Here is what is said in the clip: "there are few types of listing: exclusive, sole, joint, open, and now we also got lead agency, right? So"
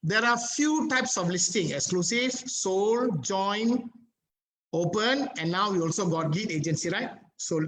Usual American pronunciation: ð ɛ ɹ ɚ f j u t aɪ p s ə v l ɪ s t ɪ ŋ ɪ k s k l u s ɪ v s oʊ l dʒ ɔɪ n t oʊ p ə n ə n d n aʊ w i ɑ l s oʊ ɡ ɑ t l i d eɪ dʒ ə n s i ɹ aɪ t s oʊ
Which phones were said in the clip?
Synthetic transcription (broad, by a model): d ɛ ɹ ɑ f j u t aɪ p s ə f l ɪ s t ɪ ŋ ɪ k s k l u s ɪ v s oʊ l dʒ ɔɪ n oʊ p ə n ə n n aʊ w i ɑ l s oʊ ɡ ɑ t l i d eɪ dʒ ə n s i ɹ aɪ t s oʊ